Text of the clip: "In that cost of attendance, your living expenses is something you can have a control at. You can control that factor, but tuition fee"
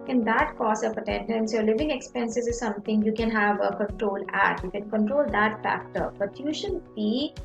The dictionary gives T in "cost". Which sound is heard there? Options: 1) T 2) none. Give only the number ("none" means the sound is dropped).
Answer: 2